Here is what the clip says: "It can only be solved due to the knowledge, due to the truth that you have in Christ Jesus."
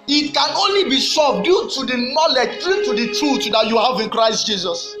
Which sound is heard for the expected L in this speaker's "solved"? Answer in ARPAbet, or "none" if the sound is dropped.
none